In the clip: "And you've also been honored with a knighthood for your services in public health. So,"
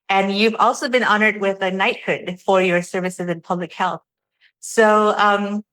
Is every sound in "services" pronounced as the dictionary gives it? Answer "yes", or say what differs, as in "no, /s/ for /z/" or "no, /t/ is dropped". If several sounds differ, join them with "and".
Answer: yes